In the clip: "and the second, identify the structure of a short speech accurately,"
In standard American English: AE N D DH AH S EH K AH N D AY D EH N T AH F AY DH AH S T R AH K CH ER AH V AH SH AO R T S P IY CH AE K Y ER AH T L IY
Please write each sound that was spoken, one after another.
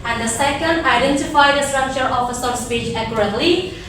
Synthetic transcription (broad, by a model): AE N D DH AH S EH K AH N D AY D EH N T AH F AY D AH S T R AH K CH ER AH F AH S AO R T S P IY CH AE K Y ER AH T L IY